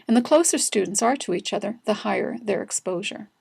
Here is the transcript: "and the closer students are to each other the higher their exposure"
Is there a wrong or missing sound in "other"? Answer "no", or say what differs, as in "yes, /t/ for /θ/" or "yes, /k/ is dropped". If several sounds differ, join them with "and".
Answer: no